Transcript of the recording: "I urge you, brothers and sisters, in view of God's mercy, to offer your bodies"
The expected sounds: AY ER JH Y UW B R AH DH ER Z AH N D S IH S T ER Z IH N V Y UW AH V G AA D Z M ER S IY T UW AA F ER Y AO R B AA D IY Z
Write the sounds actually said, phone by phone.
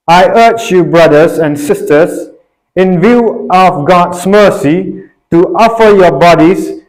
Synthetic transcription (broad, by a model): AY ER CH Y UW B R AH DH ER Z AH N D S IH S T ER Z IH N V Y UW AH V G AA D S M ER S IY T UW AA F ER Y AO B AA D IY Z